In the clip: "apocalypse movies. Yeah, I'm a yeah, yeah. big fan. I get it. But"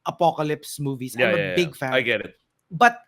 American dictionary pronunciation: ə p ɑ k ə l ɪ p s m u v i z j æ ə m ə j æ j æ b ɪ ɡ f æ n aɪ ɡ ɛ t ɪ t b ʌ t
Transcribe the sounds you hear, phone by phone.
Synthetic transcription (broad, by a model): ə p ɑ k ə l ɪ p s m u v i s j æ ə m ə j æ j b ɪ ɡ f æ aɪ ɡ ɛ t ɪ t b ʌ t